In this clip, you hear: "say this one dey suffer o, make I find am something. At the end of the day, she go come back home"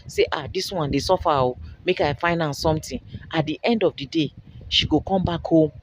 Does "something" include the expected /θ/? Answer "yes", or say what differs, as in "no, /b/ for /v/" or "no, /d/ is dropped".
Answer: no, /t/ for /θ/